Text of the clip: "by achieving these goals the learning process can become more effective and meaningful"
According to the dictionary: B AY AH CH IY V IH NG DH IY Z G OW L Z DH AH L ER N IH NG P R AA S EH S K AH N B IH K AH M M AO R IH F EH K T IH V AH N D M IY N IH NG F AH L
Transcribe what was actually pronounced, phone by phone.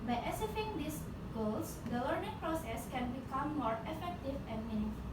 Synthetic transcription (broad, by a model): B AY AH S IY F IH NG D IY S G OW L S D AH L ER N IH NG P R AA S EH S K AH N B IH K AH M M AO R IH F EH K T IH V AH N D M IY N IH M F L